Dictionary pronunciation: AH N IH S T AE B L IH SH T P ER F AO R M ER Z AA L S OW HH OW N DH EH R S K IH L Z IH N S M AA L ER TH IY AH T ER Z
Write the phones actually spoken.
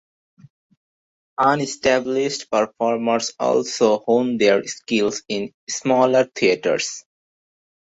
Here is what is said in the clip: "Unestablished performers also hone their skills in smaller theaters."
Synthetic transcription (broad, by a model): AH N IH S T AE B L IH SH T P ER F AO R M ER S AA L S OW HH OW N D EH R S K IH L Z IH N S M AA L ER T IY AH T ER S